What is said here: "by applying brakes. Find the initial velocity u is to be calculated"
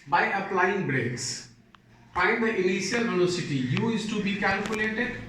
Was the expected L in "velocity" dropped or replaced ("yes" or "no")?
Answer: yes